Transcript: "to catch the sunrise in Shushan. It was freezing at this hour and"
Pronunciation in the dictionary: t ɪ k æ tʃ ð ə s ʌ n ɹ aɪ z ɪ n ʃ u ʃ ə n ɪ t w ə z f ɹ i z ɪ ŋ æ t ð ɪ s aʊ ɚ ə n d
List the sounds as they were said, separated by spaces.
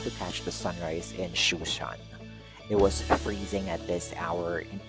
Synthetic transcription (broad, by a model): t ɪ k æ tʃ ð ə s ʌ n ɹ aɪ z ɪ n ʃ u ʃ ə n ɪ t w ə z f ɹ i z ɪ ŋ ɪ t ð ɪ s aʊ ɚ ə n